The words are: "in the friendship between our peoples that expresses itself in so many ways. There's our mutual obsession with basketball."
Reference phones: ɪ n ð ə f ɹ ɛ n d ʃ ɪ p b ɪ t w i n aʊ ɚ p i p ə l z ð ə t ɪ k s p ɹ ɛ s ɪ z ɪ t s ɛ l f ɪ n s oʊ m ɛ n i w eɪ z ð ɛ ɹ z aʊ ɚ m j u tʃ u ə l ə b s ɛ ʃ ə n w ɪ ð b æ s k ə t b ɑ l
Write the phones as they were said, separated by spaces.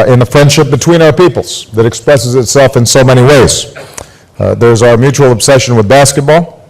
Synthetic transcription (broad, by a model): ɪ n ð ə f ɹ ɛ n d ʃ ɪ p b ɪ t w i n aʊ ɚ p i p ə l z ð ə t ɪ k s p ɹ ɛ s ɪ z ɪ t s ɛ l f ɪ n s oʊ m ɛ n i w eɪ z ð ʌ ɹ z aʊ ɚ m j u tʃ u l ə b s ɛ ʃ ə n w ɪ ð b æ s k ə t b ɑ l